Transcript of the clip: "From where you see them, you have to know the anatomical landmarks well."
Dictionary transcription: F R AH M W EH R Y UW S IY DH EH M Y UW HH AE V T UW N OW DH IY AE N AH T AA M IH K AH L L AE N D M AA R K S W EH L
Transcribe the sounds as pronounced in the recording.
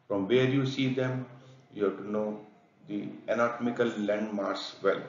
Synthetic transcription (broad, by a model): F R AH M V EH R Y UW S IY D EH M Y UW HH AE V T UW N OW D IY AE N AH T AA M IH K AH L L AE N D M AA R S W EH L